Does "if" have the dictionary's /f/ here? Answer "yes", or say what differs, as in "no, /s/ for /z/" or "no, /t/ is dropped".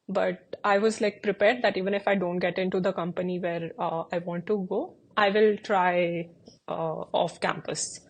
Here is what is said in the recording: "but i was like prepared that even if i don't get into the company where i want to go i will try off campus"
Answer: yes